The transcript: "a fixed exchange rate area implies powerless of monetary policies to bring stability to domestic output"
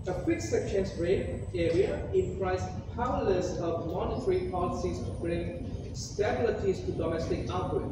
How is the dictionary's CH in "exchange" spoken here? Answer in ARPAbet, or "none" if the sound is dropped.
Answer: none